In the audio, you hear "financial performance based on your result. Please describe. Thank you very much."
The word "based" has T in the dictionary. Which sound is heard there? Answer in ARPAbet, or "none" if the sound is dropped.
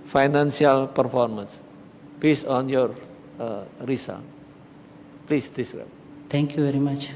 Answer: none